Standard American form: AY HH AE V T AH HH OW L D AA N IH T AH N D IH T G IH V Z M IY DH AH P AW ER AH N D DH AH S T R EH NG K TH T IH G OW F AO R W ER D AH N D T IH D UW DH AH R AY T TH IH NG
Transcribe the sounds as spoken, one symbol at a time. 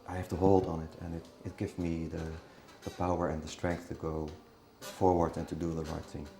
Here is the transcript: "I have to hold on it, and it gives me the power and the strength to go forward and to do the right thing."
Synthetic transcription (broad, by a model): AY HH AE F T AH HH OW L D N IH T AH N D IH T G IH V Z M IY DH AH P AW ER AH N DH AH S T R EH NG K TH T IH G OW F AO R W ER D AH N T IH D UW DH AH R AY T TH IH NG